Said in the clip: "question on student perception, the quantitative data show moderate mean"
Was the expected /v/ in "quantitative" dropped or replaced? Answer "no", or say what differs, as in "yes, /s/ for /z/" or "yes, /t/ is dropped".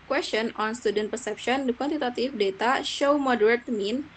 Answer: yes, /f/ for /v/